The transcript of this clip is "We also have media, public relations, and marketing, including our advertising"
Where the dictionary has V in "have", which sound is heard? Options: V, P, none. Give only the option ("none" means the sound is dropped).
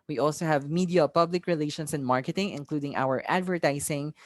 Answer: V